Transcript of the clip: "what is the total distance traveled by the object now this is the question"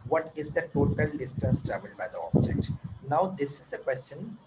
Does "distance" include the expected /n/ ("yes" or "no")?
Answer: no